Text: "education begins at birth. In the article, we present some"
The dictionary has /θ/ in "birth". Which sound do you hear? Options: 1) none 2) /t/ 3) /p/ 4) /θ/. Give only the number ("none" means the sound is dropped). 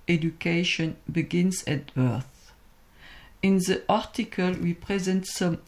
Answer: 4